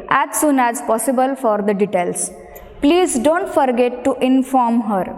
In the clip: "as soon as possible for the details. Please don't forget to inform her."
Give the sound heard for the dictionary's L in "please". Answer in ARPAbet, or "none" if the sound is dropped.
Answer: L